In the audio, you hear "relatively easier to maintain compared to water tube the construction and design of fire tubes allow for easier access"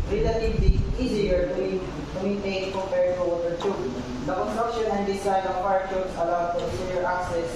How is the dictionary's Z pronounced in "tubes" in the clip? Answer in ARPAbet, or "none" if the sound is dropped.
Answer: S